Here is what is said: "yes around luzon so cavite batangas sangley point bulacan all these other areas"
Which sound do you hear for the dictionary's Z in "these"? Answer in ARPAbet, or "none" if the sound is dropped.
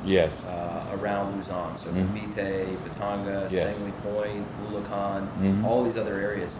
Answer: Z